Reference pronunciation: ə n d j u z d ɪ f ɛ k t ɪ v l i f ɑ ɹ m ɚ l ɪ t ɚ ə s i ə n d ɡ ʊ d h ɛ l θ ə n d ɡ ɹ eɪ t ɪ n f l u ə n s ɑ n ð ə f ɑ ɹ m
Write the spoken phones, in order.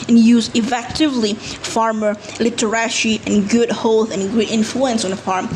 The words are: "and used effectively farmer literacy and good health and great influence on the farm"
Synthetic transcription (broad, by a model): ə n j u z ɪ f ɛ k t ɪ v l i f ɑ ɹ m ɚ l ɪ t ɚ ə ʃ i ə n ɡ ʊ d h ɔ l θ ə n ɡ ʊ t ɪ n f l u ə n s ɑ n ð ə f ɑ ɹ m